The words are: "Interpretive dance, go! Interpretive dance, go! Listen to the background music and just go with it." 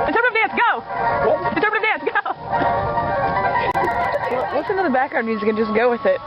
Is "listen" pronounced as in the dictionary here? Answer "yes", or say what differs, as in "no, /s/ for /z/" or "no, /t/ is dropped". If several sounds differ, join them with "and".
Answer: no, /w/ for /l/